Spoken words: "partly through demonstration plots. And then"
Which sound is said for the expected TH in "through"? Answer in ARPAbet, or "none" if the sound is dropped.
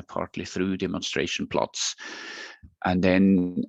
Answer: TH